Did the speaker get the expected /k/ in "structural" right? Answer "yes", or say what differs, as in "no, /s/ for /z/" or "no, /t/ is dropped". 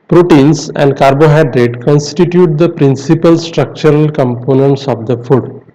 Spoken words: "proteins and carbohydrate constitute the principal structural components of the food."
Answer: yes